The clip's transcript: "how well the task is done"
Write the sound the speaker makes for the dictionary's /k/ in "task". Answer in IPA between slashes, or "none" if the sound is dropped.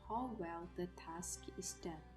/k/